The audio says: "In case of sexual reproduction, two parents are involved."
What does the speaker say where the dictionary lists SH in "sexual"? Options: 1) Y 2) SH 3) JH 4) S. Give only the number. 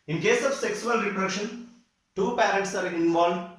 4